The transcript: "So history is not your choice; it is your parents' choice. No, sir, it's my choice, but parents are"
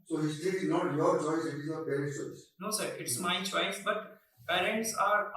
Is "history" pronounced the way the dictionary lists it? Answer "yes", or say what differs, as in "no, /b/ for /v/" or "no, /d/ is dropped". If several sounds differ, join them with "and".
no, /ɹ/ is dropped